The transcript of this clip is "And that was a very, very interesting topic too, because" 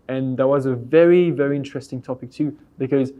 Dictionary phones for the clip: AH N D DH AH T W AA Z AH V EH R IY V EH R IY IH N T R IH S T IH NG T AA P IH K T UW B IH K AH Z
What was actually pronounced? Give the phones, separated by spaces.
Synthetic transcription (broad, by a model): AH N DH AH T W AA Z AH V EH R IY V EH R IY IH N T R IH S T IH NG T AA P IH K T UW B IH K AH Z